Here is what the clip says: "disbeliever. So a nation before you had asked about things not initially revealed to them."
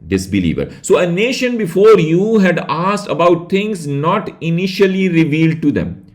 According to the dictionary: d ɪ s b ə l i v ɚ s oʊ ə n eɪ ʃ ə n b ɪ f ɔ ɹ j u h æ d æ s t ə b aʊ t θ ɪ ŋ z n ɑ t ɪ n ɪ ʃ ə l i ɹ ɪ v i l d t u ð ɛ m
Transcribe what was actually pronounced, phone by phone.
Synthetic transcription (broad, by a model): d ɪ s b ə l i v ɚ s oʊ ə n eɪ ʃ ə n b ɪ f ɔ ɹ j u h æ d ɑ s t ə b aʊ t t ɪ ŋ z n ɑ t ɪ n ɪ ʃ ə l i ɹ ɪ v i l d t u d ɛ m